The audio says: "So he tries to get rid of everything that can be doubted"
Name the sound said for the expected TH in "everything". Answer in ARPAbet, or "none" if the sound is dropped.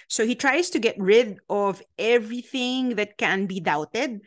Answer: TH